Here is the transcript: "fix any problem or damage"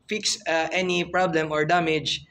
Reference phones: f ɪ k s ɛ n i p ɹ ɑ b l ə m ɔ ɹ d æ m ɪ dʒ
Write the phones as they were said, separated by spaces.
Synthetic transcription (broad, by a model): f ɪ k s ɛ n i p ɹ ɑ b l ə m ɔ ɹ d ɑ m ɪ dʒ